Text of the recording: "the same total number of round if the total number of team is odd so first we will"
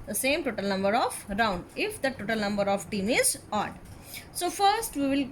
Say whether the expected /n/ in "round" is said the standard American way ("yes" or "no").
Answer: yes